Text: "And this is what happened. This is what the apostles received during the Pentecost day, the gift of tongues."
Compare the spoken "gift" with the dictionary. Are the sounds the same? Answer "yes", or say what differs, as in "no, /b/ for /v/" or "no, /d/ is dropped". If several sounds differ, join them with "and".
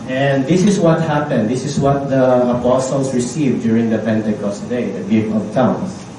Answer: no, /t/ is dropped